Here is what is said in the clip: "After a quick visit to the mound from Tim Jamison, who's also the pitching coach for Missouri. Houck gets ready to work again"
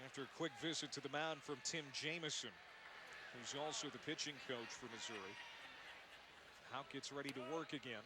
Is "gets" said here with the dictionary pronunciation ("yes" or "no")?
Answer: yes